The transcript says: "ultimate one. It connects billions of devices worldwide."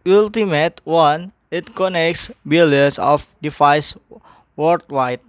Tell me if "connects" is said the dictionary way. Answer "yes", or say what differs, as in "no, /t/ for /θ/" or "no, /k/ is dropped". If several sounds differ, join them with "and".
yes